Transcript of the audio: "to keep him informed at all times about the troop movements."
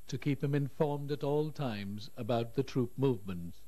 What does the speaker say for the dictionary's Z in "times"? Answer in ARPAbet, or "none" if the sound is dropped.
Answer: Z